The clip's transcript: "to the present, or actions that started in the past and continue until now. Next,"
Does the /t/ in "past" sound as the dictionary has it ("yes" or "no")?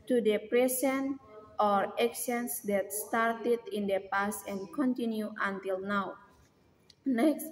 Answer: no